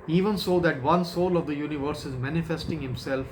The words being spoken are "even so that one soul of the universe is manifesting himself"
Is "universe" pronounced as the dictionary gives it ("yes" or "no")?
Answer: yes